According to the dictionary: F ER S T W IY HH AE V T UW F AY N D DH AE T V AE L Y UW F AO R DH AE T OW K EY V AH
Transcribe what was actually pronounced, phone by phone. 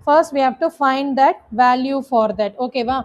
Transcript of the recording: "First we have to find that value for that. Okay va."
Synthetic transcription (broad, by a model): F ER S T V IY HH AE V T UW F AY N D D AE T V AE L Y UW F AO R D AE T OW K EY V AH